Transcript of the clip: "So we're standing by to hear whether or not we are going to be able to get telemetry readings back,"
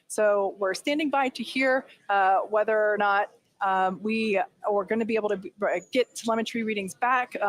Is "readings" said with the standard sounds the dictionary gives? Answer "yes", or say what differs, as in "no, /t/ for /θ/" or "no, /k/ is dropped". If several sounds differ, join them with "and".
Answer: yes